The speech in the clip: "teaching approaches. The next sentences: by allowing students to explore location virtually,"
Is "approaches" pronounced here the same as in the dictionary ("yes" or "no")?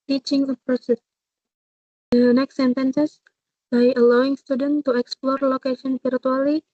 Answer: no